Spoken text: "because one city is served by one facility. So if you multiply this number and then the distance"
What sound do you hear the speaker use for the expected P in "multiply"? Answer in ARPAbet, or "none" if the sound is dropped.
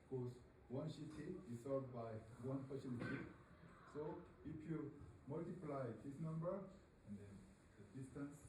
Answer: P